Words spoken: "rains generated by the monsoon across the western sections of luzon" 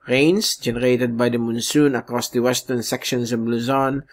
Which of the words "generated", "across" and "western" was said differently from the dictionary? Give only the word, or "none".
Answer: none